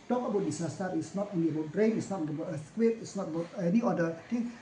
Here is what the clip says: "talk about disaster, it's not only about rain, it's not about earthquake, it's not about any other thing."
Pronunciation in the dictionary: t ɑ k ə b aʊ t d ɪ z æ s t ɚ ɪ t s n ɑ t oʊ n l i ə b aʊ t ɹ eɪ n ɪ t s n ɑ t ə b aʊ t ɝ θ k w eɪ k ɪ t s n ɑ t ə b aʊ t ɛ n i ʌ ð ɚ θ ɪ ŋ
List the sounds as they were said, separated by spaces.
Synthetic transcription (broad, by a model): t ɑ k ə b aʊ t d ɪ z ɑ s t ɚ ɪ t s n ɑ t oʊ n i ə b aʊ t ɹ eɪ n ɪ t s n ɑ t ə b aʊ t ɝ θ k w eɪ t ɪ t s n ɑ t ə b aʊ t ɛ n i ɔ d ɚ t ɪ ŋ